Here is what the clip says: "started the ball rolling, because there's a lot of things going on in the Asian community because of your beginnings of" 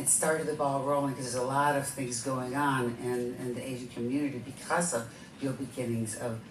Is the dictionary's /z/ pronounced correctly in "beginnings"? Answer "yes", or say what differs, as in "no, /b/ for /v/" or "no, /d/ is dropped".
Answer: yes